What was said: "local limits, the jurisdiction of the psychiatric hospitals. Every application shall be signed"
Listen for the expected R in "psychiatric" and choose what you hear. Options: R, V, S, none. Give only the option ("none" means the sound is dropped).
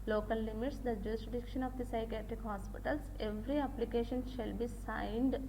R